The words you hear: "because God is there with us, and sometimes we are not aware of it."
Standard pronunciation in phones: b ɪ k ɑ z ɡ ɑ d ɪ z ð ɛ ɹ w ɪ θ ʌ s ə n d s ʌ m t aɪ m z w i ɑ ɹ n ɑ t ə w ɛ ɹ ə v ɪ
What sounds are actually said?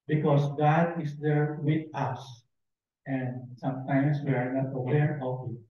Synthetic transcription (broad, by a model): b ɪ k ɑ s ɡ ɑ d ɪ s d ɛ ɹ w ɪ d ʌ s ə n d s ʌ m t aɪ m s w i ɑ ɹ n ɑ t ə w ɛ ɹ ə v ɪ